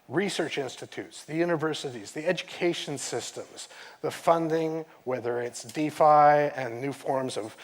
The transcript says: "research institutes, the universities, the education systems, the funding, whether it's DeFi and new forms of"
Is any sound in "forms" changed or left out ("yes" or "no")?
no